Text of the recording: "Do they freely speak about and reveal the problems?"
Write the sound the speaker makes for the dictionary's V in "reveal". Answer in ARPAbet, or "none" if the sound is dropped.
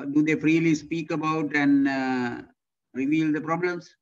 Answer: V